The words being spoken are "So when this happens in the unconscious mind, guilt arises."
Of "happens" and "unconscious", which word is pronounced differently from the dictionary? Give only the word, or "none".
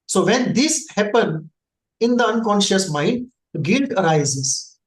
happens